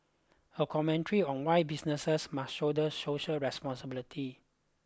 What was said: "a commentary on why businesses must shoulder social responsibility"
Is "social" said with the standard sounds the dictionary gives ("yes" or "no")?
no